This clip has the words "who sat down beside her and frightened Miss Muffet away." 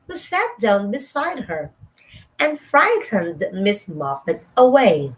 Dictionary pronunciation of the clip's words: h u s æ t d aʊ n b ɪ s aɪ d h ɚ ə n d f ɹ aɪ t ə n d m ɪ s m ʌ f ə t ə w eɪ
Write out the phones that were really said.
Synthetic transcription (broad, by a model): h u s æ t d aʊ n b ɪ s aɪ d h ɚ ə n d f ɹ aɪ t ə n d m ɪ s m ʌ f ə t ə w eɪ